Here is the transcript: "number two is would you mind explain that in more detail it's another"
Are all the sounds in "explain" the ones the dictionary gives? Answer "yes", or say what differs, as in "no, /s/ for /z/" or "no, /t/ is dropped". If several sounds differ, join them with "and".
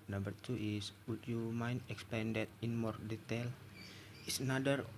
no, /l/ is dropped